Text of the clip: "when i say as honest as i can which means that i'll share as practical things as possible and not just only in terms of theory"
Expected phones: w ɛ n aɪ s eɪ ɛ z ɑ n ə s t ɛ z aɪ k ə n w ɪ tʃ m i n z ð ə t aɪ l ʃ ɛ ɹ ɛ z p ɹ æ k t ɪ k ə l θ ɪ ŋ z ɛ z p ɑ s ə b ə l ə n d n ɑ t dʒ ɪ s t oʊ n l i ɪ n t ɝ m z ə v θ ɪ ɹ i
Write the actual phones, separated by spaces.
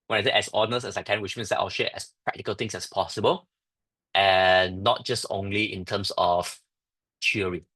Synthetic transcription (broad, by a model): w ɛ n aɪ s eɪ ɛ s ɑ n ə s ɛ s aɪ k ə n w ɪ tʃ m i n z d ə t aɪ l ʃ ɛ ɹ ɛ s p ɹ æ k t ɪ k ə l t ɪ ŋ s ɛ s p ɑ s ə b ə l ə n n ɑ t dʒ ɪ s t oʊ n l i ɪ n t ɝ m s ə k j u ɹ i